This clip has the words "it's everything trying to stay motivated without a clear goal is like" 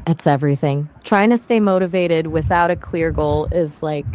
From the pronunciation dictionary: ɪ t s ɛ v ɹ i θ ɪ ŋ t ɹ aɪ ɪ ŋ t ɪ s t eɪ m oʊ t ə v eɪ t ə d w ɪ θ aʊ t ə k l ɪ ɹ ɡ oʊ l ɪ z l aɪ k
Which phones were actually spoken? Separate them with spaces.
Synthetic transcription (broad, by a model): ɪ t s ɛ v ɹ i θ ɪ ŋ t ɹ aɪ ɪ ŋ t ɪ s t eɪ m oʊ t ə v eɪ t ə d w ɪ θ aʊ t ə k l ɪ ɹ ɡ oʊ l ɪ z l aɪ k